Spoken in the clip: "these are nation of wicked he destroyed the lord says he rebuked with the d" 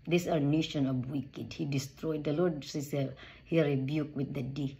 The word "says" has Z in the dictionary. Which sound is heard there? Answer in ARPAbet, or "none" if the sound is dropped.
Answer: none